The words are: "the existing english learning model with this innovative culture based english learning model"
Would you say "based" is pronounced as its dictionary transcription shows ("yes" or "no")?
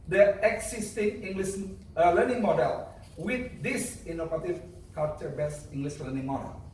no